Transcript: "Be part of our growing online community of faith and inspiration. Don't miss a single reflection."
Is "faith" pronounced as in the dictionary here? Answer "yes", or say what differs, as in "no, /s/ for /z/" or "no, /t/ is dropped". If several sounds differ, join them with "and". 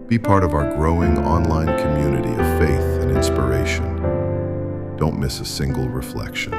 yes